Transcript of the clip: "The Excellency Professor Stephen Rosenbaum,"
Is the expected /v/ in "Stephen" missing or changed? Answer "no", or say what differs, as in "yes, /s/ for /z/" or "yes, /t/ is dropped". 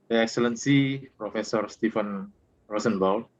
yes, /f/ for /v/